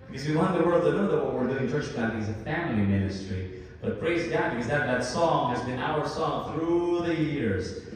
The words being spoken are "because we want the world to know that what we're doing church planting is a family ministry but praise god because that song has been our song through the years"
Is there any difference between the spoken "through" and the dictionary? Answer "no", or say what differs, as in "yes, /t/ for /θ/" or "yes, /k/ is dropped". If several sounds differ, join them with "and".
no